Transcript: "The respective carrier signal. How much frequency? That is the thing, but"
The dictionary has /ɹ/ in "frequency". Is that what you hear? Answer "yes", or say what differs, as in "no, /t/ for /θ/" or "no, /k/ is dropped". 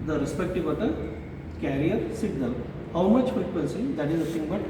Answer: no, /ɹ/ is dropped